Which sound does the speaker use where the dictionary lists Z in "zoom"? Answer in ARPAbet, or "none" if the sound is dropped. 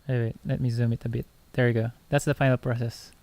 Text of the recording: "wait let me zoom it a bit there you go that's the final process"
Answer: Z